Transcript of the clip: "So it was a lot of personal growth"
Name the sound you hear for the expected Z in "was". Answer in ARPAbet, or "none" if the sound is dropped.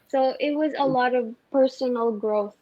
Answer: Z